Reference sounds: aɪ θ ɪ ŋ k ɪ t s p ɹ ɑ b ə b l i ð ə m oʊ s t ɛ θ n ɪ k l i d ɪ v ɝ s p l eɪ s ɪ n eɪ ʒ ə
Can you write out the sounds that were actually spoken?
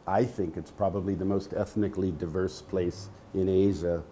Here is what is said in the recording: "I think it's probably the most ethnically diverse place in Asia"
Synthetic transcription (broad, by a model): aɪ θ ɪ ŋ k ɪ t s p ɹ ɑ b ə b l i ð ə m oʊ s t ɛ θ n ɪ k l i d ɪ v ɝ s p l eɪ s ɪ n eɪ ʒ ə